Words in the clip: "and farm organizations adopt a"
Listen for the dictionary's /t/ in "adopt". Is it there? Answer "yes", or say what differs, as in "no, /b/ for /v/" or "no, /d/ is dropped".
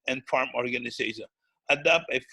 no, /t/ is dropped